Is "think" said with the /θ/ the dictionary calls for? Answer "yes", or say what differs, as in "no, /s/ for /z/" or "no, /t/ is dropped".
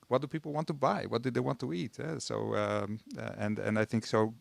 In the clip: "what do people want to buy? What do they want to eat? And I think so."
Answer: yes